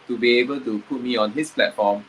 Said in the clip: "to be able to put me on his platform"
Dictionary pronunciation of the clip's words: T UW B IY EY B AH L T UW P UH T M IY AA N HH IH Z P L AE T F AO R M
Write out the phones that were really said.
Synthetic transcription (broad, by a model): T UW B IY EY B AH L T UW P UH T M IY AA N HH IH S P L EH T F AO M